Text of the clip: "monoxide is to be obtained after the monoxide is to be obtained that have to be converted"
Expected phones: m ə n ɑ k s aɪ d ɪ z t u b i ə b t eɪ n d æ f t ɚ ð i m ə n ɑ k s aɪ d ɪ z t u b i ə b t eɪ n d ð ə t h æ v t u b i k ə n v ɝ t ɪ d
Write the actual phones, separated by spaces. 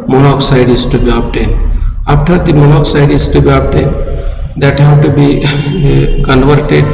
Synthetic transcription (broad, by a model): m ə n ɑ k s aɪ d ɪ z t u b i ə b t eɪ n ɑ p t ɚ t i m ə n ɑ k s aɪ d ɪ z t u b i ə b t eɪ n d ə t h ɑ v t u b i k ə n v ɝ t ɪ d